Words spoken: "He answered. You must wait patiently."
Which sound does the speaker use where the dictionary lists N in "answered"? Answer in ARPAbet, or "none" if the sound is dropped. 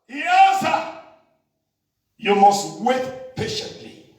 none